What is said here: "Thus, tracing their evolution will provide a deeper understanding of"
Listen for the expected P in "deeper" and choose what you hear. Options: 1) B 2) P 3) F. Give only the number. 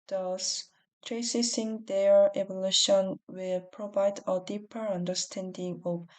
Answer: 2